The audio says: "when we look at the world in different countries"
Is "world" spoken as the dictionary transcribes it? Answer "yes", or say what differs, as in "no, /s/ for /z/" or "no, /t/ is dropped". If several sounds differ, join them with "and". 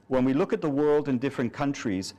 yes